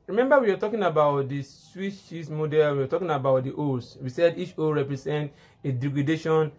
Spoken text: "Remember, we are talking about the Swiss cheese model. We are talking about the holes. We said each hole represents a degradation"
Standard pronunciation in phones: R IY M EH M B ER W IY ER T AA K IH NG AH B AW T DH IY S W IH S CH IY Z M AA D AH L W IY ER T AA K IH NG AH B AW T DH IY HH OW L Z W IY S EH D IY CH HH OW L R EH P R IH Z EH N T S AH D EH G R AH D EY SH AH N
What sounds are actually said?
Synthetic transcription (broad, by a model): R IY M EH M B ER W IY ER T AA K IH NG AH B AW T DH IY S W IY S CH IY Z M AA D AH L W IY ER T AA K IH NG AH B AW T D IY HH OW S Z W IY S EH D IY CH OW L R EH P R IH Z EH N T AH D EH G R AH D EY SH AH N